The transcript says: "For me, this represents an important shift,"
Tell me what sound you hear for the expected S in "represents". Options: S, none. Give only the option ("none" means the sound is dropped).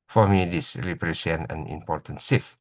none